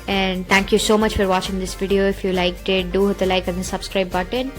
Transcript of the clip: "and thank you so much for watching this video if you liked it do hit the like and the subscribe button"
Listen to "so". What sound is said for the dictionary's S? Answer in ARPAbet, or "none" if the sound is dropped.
S